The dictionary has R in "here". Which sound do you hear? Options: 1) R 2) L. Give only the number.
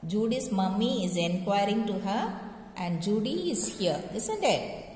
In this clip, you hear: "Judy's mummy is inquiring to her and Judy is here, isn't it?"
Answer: 2